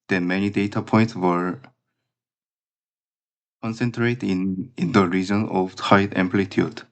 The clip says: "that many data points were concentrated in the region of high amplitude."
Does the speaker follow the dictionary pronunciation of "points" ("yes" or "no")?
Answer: yes